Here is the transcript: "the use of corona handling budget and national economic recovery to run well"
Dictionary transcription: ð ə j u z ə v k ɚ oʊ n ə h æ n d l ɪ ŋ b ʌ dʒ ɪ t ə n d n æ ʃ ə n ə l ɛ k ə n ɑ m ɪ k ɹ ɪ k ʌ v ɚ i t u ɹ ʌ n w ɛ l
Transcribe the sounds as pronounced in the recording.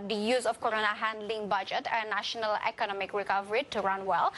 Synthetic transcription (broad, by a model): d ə j u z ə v k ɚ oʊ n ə h æ n d l ɪ ŋ b ʌ dʒ ɪ t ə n n æ ʃ ə n ə l ɛ k ə n ɑ m ɪ k ɹ ɪ k ʌ v ɚ i t u ɹ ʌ n w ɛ l